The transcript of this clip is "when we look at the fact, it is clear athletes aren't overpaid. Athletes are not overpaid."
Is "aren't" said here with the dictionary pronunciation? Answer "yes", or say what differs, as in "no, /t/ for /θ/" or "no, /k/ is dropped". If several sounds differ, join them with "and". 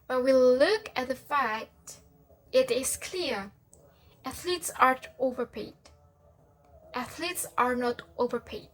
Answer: no, /n/ is dropped